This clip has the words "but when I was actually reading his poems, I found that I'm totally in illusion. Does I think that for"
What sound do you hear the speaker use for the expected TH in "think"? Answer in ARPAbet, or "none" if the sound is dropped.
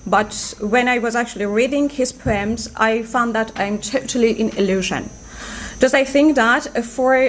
TH